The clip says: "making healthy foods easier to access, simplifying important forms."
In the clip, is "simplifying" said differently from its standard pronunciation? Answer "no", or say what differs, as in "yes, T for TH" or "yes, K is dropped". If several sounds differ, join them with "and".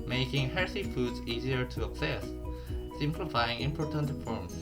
no